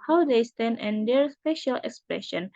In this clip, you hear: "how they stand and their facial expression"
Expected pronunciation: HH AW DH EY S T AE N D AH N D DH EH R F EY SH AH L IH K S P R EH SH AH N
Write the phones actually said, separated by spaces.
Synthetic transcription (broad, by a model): HH AW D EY S T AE N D AH N D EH R P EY SH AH L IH K S P R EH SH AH N